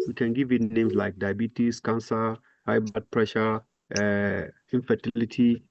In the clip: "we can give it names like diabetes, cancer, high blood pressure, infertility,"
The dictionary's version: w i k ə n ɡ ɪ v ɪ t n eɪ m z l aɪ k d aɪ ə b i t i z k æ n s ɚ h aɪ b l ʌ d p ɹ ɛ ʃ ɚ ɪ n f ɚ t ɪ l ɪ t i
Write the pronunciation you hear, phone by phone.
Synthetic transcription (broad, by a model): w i k ə n ɡ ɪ v ɪ t n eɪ m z l aɪ k d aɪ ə b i t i s k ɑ n s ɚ h aɪ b ʌ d p ɹ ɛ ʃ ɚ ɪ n f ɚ t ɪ l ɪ t i